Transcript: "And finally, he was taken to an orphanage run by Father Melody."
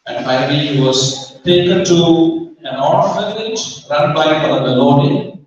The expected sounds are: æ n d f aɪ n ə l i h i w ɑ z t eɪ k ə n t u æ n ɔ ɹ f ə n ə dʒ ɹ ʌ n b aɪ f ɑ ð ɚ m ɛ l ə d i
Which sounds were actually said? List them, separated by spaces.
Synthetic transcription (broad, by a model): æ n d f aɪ ə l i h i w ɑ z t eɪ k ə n t u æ n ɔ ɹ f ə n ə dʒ ɹ ʌ n b aɪ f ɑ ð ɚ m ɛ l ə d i